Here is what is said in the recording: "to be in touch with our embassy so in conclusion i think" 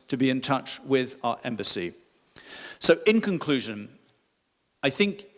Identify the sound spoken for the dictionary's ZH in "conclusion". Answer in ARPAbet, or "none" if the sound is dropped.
ZH